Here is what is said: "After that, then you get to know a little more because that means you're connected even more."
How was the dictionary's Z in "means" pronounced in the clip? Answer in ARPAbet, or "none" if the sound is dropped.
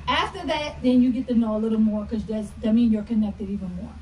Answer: none